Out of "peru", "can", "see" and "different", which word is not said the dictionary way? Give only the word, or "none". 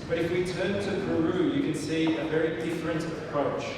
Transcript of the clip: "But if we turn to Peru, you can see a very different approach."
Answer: peru